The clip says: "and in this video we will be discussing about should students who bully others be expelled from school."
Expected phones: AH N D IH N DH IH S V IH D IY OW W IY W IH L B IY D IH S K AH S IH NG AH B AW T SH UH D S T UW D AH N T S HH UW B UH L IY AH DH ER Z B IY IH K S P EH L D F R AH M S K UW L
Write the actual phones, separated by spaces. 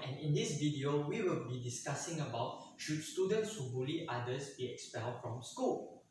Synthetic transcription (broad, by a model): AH N IH N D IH S V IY D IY OW W IY W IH L B IY D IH S K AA S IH NG AH B AW T SH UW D S T UW D AH N T S HH UW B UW L IY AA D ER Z B IY IH K S P EH L D F R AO M S K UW L